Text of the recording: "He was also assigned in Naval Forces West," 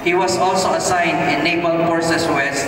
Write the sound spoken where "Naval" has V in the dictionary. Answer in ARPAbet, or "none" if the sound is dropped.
B